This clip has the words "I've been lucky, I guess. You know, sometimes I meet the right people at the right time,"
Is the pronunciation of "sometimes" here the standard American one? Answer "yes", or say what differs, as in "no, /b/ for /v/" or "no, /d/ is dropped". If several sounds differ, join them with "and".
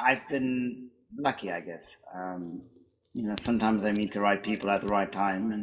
yes